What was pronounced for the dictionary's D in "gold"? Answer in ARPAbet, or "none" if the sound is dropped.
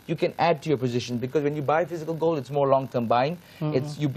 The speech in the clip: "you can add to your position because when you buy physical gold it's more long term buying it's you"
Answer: none